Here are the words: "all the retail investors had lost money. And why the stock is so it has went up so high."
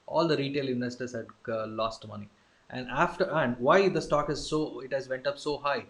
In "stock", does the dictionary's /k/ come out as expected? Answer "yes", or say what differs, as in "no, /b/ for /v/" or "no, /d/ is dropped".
yes